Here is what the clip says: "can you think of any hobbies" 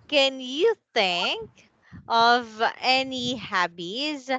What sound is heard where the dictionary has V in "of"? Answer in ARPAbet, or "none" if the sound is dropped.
V